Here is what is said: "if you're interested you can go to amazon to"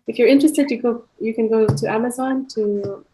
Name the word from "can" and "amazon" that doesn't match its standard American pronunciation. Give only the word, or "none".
none